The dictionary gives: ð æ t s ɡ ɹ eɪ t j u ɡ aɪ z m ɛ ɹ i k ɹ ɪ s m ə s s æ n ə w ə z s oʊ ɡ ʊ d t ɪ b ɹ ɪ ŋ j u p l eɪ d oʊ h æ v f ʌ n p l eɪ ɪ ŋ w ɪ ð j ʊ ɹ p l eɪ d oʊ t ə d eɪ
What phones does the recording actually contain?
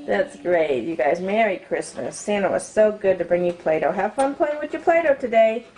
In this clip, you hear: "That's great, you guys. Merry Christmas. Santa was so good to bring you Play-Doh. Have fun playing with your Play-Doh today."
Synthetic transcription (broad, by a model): ð æ t s ɡ ɹ eɪ t j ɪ ɡ aɪ z m ɛ ɹ i k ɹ ɪ s m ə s s æ n ə w ə z s oʊ ɡ ʊ d t ɪ b ɹ ɪ ŋ j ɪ p l eɪ d oʊ h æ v f ʌ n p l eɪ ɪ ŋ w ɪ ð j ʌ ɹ p l eɪ d oʊ t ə d eɪ